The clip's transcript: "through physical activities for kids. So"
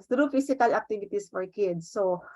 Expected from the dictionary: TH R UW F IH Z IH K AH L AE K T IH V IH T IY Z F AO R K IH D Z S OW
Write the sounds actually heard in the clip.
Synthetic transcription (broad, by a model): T R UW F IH S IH K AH L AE K T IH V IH T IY S F AO R K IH D S OW